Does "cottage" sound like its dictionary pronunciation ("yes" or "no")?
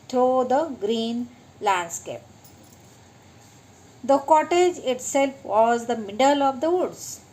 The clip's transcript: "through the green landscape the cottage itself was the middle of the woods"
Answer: yes